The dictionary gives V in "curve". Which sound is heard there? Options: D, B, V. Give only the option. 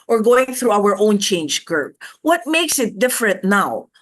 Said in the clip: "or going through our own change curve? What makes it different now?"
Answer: B